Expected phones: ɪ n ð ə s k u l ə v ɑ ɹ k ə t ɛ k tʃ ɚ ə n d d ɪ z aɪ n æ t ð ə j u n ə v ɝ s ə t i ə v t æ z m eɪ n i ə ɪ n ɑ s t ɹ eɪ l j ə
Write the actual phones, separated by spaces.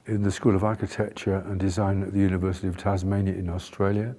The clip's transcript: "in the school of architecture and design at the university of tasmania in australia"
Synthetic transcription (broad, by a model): ɪ n ð ə s k u l ə v ɑ ɹ k ə t ɛ k tʃ ɚ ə n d d ɪ z aɪ n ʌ t ð ə j u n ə v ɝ s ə t i ə v t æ z m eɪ n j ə ɪ n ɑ s t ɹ eɪ l j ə